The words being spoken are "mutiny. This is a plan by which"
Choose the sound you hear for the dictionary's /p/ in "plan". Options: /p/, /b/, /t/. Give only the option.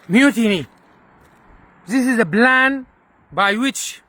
/b/